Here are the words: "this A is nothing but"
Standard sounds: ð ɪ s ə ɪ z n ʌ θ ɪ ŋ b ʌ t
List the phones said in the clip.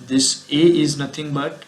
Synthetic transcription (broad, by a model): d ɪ s ə ɪ z n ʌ t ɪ ŋ b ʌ t